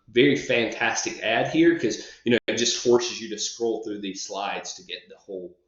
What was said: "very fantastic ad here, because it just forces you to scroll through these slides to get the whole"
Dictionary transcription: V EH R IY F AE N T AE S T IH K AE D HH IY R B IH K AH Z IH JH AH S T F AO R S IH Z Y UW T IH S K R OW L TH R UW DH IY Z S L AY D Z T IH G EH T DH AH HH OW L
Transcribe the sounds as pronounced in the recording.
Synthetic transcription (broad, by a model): V EH R IY F AE N T AE S T IH K AE D HH IY R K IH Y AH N IH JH AH S T F AO R S IH Z Y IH T IH S K R OW L TH R UW DH IY Z S L AY D Z T IH G EH T DH AH HH OW L